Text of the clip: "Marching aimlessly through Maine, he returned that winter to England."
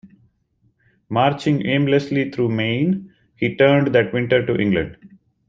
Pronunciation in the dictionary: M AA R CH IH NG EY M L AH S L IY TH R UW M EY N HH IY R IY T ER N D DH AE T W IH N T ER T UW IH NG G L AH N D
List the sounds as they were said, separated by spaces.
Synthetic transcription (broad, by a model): M AA R CH IH NG EY M L AH S L IY T R UW M EY N HH IY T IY T N D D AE T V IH N T ER T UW IH NG G L AH N D